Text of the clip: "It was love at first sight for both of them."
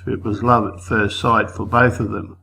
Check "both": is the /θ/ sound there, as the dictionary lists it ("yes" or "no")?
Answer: yes